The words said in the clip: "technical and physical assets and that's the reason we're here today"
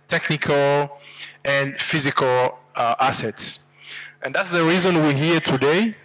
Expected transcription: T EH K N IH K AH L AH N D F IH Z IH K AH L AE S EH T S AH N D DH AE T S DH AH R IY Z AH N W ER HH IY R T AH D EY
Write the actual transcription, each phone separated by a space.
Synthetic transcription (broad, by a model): T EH K N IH K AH L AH N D F IH Z IH K AH L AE S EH T S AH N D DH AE T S DH AH R IY Z AH N W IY HH IY R T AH D EY